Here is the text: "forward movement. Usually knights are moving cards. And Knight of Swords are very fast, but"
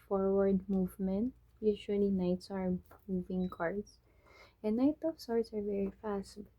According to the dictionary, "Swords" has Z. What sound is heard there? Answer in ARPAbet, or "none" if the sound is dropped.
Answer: S